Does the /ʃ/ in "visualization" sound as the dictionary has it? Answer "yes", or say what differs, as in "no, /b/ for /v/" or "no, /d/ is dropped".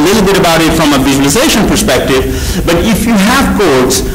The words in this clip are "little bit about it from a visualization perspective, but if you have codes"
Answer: yes